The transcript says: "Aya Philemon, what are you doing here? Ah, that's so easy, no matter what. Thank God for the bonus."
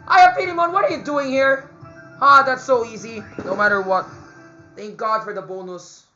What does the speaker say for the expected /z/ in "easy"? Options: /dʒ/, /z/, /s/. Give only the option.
/z/